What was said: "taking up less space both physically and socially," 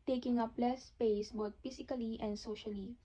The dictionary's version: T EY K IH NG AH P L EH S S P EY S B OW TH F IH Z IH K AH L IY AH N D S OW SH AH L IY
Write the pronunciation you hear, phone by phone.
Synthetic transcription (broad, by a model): T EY K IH NG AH P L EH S S P EY S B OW T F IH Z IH K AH L IY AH N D S OW SH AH L IY